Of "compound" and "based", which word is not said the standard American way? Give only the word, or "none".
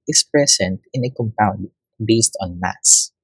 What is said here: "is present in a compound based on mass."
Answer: none